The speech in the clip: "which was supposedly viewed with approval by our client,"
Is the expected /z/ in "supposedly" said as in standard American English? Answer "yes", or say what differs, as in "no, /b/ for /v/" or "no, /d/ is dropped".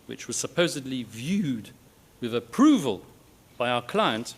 yes